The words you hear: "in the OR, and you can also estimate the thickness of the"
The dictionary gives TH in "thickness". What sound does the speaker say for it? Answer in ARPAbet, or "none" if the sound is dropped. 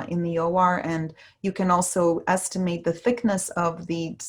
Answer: TH